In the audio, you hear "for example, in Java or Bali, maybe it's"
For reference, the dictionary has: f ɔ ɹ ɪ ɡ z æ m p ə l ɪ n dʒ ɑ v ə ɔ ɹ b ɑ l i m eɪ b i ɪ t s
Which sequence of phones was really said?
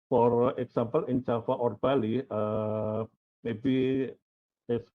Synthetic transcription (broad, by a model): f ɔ ɹ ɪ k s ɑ m p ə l ɪ n tʃ ɑ f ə ɔ ɹ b ɑ l i m eɪ b i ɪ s